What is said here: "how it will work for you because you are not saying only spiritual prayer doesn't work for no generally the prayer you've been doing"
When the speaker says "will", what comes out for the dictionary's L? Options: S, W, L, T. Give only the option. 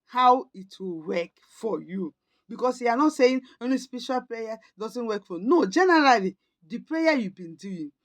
L